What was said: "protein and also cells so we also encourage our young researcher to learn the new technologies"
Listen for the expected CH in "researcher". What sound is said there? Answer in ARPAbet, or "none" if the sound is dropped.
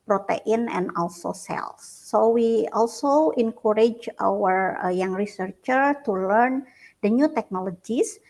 CH